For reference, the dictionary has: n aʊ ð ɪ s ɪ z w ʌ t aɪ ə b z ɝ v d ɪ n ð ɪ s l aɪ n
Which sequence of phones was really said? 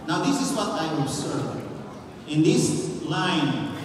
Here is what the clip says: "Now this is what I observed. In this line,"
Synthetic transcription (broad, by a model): n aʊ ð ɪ s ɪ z w ʌ t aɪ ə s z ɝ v ɪ n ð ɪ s l aɪ n